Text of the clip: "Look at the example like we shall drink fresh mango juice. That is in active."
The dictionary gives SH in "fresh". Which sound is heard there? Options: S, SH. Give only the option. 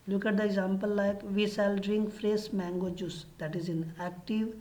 S